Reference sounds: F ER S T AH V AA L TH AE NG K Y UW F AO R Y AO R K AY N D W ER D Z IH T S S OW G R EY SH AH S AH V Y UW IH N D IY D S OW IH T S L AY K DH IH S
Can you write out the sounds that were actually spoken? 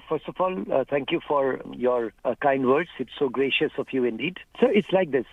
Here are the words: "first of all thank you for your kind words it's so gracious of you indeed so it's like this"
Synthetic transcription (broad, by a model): F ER S T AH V AA L T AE NG K Y UW F AO R Y AO R K AY N D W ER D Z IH T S S OW G R EY SH AH S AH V Y UW IH N D IY D S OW IH T S L AY K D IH S